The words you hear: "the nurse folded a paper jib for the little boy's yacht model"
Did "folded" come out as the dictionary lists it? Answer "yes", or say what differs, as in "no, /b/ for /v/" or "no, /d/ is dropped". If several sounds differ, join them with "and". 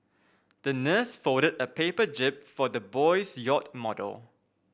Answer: no, /l/ is dropped